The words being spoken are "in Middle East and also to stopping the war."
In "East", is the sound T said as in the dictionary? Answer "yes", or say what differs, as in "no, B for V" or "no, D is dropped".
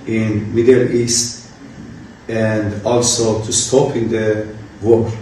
yes